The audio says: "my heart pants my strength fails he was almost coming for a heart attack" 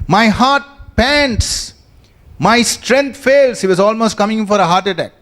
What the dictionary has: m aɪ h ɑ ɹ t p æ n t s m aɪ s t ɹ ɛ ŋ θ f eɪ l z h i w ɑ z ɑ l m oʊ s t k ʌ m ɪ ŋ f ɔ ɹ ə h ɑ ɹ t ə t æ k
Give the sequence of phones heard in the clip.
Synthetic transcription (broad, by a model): m aɪ h ɑ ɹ t p æ n t s m aɪ s t ɹ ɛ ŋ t f eɪ l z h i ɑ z ɑ l m oʊ s t k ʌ m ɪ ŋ f ɔ ɹ ə h ɑ ɹ t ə t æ k